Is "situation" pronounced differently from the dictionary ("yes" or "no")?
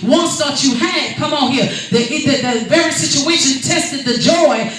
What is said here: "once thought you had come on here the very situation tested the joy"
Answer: no